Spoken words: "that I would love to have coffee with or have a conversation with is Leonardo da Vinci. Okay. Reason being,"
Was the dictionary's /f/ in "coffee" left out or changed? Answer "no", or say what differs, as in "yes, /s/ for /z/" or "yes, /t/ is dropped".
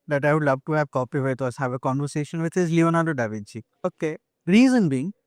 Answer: yes, /p/ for /f/